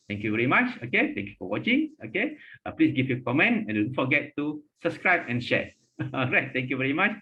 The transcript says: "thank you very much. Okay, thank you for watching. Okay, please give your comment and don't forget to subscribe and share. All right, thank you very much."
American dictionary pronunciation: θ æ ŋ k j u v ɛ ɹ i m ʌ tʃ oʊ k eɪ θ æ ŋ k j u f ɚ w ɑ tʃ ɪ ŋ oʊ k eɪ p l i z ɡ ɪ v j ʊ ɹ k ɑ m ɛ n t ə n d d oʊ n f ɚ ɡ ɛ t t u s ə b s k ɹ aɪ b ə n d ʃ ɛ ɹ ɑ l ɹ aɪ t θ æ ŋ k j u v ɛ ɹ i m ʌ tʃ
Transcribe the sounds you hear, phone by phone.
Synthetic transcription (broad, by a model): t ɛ ŋ k j u v ɛ ɹ i m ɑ tʃ oʊ k eɪ t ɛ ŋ k j u f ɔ w ɑ tʃ ɪ ŋ oʊ k eɪ p l i s ɡ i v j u k ɑ m ɛ n t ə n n f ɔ ɡ ɛ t t u s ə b s k ɹ aɪ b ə n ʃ ɛ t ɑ ɹ aɪ t t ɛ ŋ k j u v ɛ ɹ i m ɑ tʃ